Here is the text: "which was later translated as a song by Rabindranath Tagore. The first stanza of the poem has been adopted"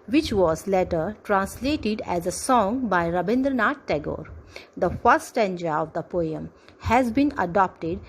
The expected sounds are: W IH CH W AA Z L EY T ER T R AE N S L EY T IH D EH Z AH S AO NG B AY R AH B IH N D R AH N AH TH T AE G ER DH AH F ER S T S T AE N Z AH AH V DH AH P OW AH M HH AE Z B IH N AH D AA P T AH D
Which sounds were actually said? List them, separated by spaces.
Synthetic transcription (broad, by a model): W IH CH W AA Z L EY T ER T R AE N S L EY T IH D EH Z AH S AO NG B AY R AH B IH N D R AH N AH T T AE G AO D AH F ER T S T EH N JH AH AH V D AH P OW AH M HH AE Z B IH N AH D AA P T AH D